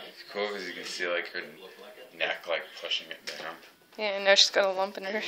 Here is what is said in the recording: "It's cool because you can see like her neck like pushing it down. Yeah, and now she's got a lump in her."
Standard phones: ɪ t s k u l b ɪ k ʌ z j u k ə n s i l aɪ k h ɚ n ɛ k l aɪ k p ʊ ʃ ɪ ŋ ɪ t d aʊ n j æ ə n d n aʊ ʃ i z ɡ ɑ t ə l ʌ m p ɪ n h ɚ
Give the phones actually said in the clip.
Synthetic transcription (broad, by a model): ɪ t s k u l k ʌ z j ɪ k ə n s i l aɪ k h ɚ n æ k l aɪ k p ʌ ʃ ɪ ŋ ɪ t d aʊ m j æ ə n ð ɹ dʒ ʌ s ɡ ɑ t ə l ʌ m p ɪ n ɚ